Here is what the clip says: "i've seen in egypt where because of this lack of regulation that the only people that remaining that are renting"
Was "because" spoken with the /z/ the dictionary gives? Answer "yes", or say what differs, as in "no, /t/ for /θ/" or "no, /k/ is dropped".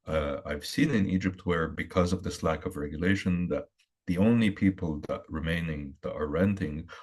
yes